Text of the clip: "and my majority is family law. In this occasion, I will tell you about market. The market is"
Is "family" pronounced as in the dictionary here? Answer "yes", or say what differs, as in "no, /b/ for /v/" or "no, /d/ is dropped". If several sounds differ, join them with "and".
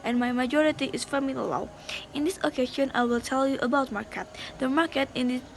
no, /l/ is dropped